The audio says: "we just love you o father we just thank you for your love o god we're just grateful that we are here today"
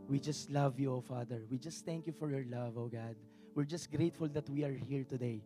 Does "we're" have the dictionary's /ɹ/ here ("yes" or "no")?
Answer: yes